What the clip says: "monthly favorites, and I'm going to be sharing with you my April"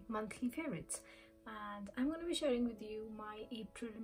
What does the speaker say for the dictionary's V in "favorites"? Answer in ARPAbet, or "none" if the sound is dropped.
none